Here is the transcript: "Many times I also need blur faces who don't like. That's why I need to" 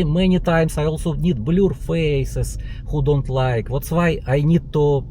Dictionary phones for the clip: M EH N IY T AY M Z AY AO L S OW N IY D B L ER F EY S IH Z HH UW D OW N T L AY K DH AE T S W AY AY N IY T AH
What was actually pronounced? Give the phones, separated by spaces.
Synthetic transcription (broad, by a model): M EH N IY T AY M S AY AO L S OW N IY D B L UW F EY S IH S HH UW D OW N T L AY K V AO T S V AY AY N IY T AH